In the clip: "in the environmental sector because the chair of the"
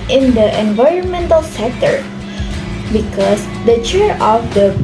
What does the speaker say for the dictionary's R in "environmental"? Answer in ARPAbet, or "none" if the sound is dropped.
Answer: R